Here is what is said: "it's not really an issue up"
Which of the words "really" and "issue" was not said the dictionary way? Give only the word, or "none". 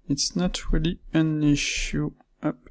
none